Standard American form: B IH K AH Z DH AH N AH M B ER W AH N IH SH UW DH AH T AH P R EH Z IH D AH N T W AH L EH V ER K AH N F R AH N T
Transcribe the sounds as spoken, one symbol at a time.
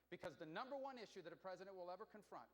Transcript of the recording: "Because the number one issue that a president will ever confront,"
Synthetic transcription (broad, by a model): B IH K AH Z DH AH N AH M B ER W AH N IH SH UW DH AH T AH P R EH Z IH D AH N T W AH L EH V ER K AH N F R AH N T